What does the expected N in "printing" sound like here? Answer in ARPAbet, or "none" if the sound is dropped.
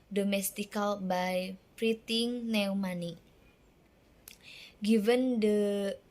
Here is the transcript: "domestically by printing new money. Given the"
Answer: none